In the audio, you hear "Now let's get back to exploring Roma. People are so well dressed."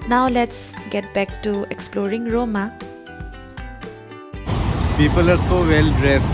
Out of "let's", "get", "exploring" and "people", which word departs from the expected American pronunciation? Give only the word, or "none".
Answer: none